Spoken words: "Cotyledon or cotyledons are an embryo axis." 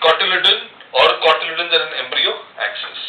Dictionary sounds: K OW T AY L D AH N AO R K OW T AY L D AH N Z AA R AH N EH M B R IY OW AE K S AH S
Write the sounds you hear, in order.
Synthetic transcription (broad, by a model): K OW T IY L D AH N AO R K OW T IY L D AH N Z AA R AH N EH M B R IY OW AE K S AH S